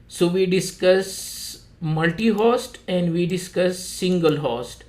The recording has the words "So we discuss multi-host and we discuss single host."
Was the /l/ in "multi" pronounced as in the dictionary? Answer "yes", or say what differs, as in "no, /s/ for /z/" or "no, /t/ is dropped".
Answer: yes